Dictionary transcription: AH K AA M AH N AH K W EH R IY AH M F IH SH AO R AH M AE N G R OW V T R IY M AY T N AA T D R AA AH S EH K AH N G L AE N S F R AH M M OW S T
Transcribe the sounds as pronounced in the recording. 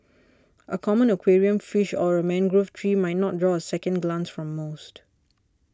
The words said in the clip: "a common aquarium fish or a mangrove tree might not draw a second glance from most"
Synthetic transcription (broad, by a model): AH K AA M AH N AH K W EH R IY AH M F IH SH AO R AH M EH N G R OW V T R IY M AY T N AA T D R AA AH S EH K AH N G L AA N S F R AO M M OW S T